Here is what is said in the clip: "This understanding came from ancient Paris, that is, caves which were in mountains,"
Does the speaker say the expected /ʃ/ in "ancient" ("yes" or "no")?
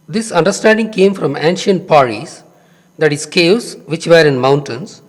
yes